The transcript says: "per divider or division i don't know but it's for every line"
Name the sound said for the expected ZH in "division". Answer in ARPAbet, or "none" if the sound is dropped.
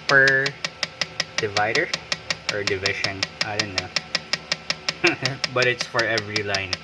SH